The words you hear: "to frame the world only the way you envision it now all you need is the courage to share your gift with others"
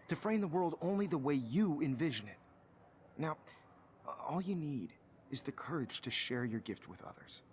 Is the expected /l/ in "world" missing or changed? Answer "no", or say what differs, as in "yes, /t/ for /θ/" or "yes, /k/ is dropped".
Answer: no